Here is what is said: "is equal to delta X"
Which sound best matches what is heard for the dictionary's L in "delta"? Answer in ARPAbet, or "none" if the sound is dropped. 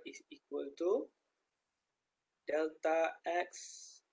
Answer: L